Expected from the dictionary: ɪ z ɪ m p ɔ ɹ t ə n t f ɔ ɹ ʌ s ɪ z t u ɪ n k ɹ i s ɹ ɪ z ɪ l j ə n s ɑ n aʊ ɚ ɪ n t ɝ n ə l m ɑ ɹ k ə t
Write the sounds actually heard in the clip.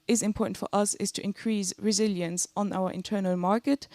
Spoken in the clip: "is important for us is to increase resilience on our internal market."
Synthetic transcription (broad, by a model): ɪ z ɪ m p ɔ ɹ t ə n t f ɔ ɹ ʌ s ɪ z t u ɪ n k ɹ i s ɹ ɪ z ɪ l j ə n s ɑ n aʊ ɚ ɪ n t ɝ n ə l m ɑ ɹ k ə t